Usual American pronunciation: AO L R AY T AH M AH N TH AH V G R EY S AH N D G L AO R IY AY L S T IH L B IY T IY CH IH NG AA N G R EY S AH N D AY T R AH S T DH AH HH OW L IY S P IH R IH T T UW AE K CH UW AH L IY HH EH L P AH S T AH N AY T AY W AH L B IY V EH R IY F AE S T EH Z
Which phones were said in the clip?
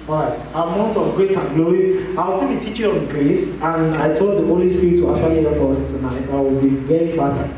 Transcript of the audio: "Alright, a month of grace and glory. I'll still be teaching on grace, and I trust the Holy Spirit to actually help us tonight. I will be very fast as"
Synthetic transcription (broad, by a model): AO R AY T AH M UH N T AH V G R EY S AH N G L AO R IY AY W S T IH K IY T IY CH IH AA N G R EY S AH N AY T AO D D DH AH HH OW L IY S P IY R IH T T UW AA K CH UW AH L IY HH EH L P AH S T AH N AY T AY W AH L B IY V EH R IY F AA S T